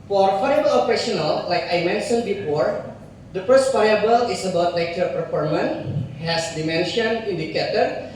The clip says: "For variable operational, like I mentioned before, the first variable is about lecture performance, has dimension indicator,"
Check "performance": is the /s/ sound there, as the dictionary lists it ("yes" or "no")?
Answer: no